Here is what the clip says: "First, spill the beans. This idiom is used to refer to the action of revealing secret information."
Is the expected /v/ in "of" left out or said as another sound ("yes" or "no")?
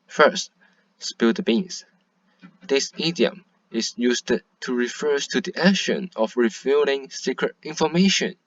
yes